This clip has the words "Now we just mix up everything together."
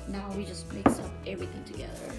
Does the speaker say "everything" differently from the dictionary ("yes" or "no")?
no